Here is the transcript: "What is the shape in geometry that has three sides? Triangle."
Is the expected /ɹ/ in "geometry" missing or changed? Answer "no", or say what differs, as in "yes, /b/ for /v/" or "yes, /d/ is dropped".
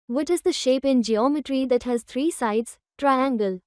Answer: no